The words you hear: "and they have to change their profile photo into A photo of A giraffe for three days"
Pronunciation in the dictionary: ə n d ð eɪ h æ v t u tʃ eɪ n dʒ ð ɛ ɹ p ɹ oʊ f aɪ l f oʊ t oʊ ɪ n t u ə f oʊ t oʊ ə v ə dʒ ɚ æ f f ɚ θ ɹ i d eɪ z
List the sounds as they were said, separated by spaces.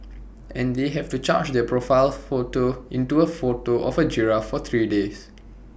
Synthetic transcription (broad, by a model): ə n d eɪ h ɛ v t u tʃ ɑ dʒ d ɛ p ɹ oʊ f aɪ l f oʊ t oʊ ɪ n t u ə f oʊ t oʊ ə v ə dʒ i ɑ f f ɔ t ɹ i d eɪ s